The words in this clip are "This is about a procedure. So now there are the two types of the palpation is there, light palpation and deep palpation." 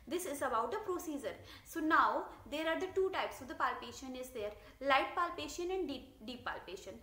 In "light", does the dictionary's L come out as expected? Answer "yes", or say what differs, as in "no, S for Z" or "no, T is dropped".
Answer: yes